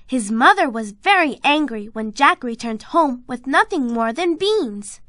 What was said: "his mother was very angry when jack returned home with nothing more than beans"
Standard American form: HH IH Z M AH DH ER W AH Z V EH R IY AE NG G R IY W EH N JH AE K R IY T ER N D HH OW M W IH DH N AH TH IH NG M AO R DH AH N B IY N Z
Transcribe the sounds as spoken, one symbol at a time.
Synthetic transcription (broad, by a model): HH IH Z M AH DH ER W AH Z V EH R IY AE NG G R IY W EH N JH AE K R IY T ER N D HH OW M W IH DH N AH TH IH NG M AO R DH AH N B IY N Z